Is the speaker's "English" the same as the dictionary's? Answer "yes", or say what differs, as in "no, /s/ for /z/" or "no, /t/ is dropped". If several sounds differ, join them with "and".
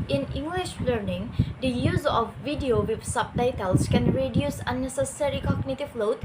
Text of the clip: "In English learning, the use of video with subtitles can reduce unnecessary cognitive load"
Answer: yes